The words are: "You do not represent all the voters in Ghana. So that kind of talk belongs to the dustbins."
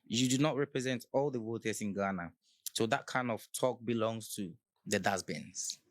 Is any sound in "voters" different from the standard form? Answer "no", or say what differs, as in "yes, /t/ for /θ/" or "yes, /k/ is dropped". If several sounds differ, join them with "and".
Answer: yes, /w/ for /v/